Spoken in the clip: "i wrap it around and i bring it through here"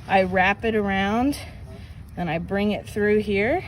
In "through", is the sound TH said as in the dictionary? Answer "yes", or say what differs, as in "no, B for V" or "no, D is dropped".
yes